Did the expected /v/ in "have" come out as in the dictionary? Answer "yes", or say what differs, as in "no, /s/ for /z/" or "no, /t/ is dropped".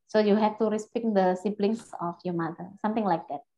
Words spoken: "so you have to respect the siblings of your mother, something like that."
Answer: no, /f/ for /v/